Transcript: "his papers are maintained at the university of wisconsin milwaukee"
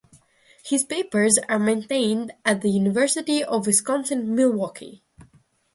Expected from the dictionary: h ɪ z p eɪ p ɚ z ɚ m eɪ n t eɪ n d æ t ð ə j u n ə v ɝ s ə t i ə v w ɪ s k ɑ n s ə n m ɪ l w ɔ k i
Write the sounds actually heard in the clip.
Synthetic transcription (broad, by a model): h ɪ z p eɪ p ɚ z ɚ m eɪ n t eɪ n d æ t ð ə j u n ə v ɝ s ə t i ə v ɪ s k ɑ n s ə n m ɪ l w ɔ k i